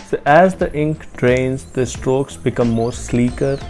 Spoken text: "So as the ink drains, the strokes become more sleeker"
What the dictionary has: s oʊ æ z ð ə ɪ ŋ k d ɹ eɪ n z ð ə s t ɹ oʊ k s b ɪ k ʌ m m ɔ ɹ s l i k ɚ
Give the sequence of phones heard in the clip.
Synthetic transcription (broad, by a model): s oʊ æ z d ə ɪ ŋ k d ɹ eɪ n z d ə s t ɹ oʊ k s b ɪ k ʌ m m ɔ ɹ s l i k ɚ